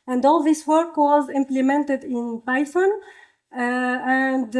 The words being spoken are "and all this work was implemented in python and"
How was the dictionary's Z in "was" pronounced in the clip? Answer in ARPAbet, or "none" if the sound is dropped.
Z